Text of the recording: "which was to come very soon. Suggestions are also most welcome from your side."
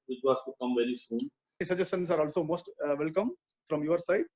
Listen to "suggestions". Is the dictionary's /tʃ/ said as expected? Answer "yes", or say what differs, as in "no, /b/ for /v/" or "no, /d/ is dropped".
no, /tʃ/ is dropped